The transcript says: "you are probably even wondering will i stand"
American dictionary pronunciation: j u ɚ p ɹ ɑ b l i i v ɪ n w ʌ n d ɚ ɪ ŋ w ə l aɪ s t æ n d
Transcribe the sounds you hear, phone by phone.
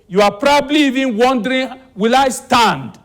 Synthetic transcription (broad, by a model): j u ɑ p ɹ ɑ b l i i v ɪ n w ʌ n d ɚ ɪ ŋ w ə l aɪ s t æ n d